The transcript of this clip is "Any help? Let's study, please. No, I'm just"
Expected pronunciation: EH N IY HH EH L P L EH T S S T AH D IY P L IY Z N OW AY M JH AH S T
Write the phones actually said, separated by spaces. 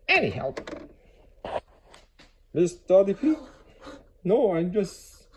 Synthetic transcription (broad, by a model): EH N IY HH EH L P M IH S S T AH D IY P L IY N OW AY M JH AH S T